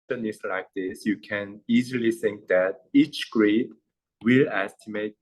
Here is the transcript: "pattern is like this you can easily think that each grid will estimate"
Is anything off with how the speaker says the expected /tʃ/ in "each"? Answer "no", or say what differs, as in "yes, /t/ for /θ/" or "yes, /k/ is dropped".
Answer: no